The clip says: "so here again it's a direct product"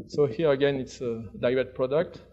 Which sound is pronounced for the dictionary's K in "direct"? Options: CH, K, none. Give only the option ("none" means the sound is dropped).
none